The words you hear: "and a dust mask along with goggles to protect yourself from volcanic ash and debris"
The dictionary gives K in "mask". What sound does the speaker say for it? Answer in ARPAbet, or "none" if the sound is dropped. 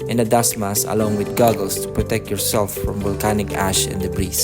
none